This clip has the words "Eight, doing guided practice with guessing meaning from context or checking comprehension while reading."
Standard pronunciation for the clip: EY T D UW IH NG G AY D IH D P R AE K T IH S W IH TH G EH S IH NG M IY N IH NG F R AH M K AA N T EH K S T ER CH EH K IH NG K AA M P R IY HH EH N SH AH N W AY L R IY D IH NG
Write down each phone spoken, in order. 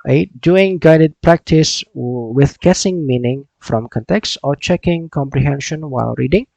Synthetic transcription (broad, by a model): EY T D UW IH NG G AY D IH D P R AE K T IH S W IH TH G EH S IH NG M IY N IH NG F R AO M K AA N T EH K S T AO CH EH K IH NG K AA M P R IY HH EH N SH AH N W AY L R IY D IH NG